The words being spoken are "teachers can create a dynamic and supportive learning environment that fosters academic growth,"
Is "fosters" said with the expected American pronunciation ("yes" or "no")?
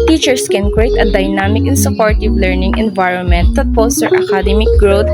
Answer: no